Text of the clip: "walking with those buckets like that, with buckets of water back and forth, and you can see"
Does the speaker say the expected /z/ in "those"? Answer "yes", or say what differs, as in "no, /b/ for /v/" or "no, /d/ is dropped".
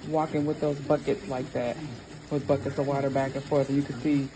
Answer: yes